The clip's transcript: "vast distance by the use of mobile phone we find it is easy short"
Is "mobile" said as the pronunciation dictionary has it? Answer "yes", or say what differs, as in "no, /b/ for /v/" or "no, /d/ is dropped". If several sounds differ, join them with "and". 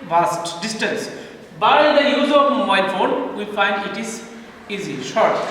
no, /b/ is dropped